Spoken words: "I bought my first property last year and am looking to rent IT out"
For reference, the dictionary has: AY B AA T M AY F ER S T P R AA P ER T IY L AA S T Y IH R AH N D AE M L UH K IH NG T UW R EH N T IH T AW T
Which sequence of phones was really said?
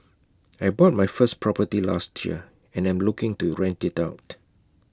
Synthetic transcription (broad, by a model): AY B AA T M AY F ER S P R AA P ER T IY L AA S T Y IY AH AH N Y M L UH K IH NG T UW R EH N T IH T AW T